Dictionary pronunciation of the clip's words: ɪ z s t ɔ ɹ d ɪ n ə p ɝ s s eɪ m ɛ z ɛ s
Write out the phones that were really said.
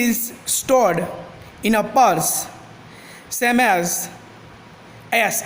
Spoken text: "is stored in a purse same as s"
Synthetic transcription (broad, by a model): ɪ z s t ɔ ɹ d ɪ n ə p ɝ s s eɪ m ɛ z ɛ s